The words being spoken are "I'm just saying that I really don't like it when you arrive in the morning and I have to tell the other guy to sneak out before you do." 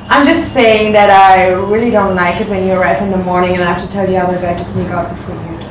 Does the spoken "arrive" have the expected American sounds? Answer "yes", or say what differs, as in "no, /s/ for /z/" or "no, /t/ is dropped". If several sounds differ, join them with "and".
no, /f/ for /v/